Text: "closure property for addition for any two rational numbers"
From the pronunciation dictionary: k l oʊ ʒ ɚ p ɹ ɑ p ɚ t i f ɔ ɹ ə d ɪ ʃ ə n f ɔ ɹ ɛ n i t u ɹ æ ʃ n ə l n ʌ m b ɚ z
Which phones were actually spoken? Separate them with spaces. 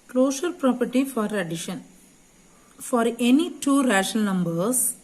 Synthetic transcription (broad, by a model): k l oʊ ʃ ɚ p ɹ ɑ p ɚ t i f ɔ ɹ ə d ɪ ʃ ə n f ɔ ɹ ɛ n i t u ɹ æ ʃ ə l n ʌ m b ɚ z